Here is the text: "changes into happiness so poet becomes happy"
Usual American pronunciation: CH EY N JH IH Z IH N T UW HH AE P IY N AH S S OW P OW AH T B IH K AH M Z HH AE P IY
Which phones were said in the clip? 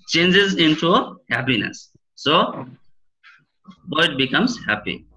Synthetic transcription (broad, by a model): CH EY N JH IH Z IH N T UW HH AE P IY N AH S S OW B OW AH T B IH K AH M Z HH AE P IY